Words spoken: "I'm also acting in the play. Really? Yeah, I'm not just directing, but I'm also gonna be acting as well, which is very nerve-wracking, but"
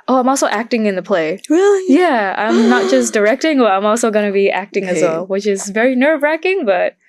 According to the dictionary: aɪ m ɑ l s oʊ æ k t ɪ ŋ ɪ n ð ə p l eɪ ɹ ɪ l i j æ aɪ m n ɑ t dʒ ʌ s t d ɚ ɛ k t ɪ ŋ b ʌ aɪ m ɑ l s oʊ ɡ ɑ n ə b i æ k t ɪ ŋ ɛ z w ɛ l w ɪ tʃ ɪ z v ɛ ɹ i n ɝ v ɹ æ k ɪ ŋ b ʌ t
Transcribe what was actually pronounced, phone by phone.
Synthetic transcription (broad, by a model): aɪ m ɑ l s oʊ æ k t ɪ ŋ ɪ n ð ə p l eɪ ɹ ɪ l i j æ aɪ m n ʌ t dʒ ʌ s d ɚ ɛ k t ɪ ŋ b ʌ aɪ m ɑ l s oʊ ɡ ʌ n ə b i æ k t ɪ ŋ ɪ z w ɛ l w ɪ tʃ ɪ z v ɛ ɹ i n ɝ v ɹ æ k ɪ ŋ b ʌ t